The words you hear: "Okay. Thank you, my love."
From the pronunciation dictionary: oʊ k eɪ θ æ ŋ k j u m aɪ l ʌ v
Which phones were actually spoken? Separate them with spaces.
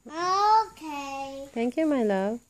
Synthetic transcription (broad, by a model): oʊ k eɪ t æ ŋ k j u m aɪ l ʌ